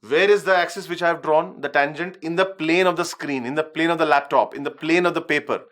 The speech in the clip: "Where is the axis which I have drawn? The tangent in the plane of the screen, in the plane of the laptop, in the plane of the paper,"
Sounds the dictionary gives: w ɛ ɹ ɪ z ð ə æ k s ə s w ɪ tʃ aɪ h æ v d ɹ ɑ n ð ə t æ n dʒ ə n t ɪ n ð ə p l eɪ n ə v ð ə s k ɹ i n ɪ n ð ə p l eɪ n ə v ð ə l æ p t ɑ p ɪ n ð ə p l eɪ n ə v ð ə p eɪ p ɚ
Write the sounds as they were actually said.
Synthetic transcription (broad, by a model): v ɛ ɹ ɪ z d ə æ k s ə s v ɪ tʃ aɪ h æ v d ɹ ɑ n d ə t æ n dʒ ə n t ɪ n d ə p l eɪ n ə v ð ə s k ɹ i n ɪ n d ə p l eɪ n ə v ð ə l æ p t ɑ p ɪ n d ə p l eɪ n ə v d ə p eɪ p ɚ